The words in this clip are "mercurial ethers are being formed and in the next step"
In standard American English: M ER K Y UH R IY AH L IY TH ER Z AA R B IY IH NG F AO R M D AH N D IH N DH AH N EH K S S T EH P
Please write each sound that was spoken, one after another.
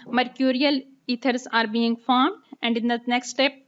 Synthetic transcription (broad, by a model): M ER K Y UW R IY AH L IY T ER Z AA R B IY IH NG F AO R M D AH N D IH N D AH N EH K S S T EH P